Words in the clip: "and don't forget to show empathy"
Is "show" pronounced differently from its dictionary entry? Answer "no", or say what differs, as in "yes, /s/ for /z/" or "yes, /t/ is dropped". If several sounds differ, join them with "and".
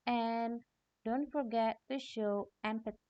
no